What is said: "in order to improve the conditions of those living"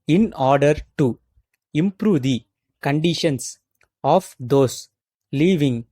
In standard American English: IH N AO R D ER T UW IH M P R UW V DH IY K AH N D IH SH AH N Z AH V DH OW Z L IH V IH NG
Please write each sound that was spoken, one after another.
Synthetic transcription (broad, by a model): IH N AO R D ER T UW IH M P R UW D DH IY K AH N D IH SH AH N S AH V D OW S L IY V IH NG